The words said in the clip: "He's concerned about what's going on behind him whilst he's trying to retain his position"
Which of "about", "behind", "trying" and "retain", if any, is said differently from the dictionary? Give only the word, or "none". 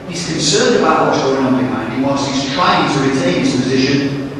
behind